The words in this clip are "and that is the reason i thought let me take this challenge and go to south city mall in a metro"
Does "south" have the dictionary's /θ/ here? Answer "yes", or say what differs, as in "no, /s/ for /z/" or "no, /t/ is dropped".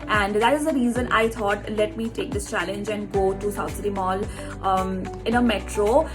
no, /t/ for /θ/